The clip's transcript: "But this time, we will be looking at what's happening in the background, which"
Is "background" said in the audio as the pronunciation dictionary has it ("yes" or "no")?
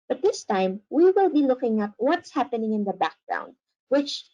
yes